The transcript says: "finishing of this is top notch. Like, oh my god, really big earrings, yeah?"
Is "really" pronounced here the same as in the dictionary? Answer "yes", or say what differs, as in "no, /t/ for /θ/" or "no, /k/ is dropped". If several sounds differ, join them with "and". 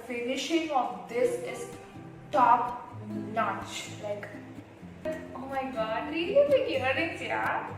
no, /l/ is dropped